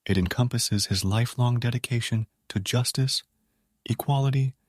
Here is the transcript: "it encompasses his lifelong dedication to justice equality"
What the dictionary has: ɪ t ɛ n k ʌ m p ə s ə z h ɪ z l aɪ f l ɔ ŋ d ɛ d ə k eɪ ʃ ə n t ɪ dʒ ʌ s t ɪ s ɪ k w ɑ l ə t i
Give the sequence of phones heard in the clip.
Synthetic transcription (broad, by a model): ɪ t ɛ n k ʌ m p ə s ə z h ɪ z l aɪ f l ɔ ŋ d ɛ d ə k eɪ ʃ ə n t ɪ dʒ ʌ s t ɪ s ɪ k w ɑ l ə t i